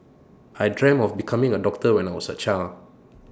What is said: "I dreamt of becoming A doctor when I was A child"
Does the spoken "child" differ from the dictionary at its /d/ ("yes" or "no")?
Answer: yes